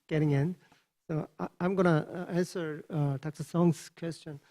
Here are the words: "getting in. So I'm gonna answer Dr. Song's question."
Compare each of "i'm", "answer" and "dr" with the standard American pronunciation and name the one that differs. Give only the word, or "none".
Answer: dr